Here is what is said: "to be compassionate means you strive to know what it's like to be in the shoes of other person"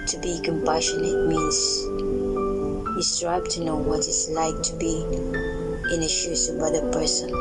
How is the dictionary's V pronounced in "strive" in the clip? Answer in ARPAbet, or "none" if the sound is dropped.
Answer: B